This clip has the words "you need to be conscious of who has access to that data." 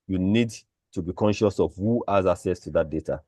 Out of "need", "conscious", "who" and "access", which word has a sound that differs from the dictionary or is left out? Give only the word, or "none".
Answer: access